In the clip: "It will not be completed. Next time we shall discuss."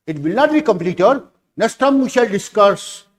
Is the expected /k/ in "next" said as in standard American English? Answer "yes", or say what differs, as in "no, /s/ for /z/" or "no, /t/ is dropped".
no, /k/ is dropped